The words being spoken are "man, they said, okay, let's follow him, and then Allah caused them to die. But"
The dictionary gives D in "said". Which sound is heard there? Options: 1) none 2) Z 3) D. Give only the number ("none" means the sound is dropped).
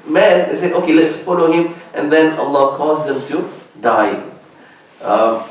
1